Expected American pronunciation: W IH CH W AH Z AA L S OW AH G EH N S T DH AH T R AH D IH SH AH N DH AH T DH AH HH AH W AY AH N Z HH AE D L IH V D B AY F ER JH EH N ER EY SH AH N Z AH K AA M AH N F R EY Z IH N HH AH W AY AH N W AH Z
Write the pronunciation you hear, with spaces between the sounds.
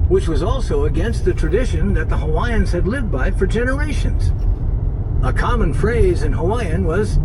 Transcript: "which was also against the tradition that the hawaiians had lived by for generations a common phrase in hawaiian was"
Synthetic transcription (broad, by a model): W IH CH W AH Z AA L S OW AH G EH N S T DH AH T R AH D IH SH AH N DH AH T DH AH HH AH W AY AH N Z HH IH D L IH V D B AY F ER JH EH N ER EY SH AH N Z AH K AA M AH N F R EY Z IH N HH AH W AY AH N W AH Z